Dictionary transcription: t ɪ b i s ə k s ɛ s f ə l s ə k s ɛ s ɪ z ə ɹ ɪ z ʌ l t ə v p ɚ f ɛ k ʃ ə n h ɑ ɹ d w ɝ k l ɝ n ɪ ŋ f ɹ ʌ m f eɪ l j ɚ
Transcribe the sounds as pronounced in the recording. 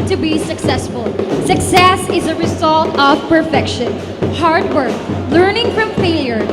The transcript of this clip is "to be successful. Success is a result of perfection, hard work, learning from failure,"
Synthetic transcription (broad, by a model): t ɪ b i s ə k s ɛ s f ə l s ə k s ɛ s ɪ z ə ɹ ɪ z ʌ l t ə v p ɚ f ɛ k ʃ ə n h ɑ ɹ d w ɝ k l ɝ n ɪ ŋ f ɹ ʌ m f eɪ l j ɚ